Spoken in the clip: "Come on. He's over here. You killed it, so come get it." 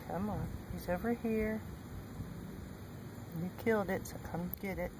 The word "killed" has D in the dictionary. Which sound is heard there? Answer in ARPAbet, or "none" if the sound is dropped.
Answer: D